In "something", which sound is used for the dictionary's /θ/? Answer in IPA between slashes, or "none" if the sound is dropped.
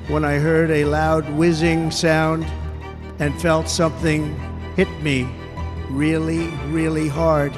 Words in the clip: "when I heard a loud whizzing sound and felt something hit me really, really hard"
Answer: /θ/